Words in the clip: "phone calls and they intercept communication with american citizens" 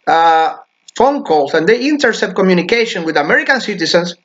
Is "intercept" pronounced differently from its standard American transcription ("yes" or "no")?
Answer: yes